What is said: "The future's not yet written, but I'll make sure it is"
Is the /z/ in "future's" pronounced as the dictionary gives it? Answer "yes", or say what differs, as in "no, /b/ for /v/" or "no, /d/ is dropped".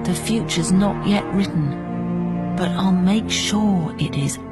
yes